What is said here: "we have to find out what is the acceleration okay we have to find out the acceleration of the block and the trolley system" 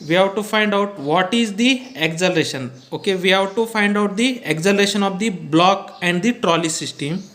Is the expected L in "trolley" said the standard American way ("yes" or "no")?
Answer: yes